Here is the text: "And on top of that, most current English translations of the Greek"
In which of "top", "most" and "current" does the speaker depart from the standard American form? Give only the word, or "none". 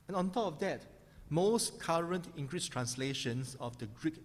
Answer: none